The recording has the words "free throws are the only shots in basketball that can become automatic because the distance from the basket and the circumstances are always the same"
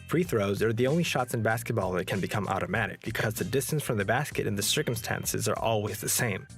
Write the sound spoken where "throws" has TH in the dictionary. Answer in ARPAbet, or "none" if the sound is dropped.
TH